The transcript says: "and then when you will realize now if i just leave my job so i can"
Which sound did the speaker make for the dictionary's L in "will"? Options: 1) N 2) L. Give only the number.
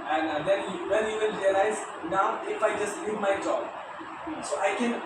1